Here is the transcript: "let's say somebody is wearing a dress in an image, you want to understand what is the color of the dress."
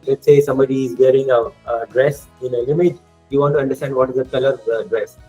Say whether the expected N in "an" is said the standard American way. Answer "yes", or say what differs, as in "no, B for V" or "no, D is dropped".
no, L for N